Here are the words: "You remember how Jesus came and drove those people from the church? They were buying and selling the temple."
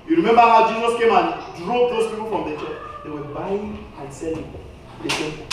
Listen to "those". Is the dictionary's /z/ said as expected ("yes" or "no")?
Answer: no